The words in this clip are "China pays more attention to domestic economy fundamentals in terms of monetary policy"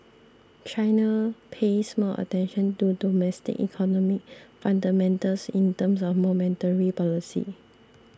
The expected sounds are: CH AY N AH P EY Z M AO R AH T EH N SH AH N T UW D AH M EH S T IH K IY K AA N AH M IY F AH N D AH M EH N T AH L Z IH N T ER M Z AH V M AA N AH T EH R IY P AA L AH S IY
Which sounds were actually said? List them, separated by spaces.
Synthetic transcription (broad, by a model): CH AY N AH P EY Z M AO AH T EH N SH AH N T UW D AH M EH S T IH K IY K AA N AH M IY F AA N D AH M EH N T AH L S IH N T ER M S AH F M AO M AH T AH R IY P AA L AH S IY